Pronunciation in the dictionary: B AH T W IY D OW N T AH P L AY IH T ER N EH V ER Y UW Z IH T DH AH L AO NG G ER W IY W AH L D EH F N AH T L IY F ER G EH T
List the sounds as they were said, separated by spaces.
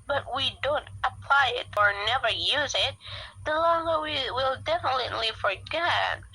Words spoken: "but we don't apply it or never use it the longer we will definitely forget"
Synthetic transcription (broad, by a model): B AH T W IY D OW N T AH P L AY IH T ER N EH V ER Y UW Z IH T DH AH L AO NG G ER W IY W AH L D EH F N AH T L IY F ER G EH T